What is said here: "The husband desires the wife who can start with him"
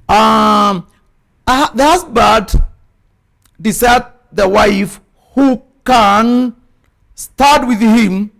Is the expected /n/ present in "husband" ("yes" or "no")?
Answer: no